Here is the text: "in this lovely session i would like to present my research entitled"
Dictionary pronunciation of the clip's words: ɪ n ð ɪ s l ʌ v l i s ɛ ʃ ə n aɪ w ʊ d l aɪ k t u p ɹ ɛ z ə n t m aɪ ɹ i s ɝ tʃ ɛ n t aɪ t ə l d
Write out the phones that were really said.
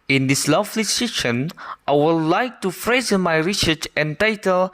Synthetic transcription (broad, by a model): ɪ n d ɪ s l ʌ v l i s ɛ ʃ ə n aɪ w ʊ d l aɪ k t u f ɹ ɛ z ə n m aɪ ɹ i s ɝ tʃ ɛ n t aɪ t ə l